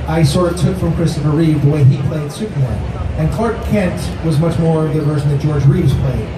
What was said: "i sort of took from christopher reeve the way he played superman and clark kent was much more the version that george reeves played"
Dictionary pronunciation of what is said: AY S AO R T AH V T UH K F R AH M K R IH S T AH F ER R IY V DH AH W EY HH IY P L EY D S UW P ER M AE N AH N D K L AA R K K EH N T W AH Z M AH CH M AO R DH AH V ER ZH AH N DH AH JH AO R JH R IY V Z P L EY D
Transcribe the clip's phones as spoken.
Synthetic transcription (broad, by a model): AY S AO R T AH T UH K F R AH M K R IH S T AH F ER R IY V DH AH W EY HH IY P L EY D S UW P ER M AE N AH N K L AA R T K EH N T W AH Z M AH CH M AO R DH AH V ER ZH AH N DH AH JH AO R JH R IY V Z P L EY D